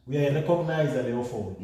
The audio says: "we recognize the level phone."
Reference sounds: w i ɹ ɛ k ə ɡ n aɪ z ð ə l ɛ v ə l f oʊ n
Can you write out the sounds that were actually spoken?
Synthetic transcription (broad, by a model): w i ɹ ɛ k ə ɡ n aɪ z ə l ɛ ə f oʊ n